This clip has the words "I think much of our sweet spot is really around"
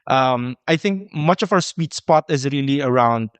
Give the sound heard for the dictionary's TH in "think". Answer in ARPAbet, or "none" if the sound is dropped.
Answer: TH